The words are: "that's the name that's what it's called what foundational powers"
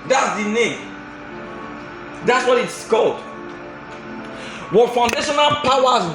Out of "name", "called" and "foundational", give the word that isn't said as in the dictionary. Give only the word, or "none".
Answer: none